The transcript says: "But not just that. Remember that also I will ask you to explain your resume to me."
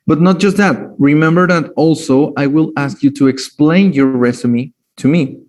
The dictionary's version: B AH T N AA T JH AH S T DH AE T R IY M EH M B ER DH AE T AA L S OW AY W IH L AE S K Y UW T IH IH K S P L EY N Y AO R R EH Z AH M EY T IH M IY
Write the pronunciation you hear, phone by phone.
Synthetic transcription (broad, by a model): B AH T N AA T JH AH S T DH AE T R IY M EH M B ER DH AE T AA L S OW AY W IH L AE S K Y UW T IH IH K S P L EY N Y AO R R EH S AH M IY T IH M IY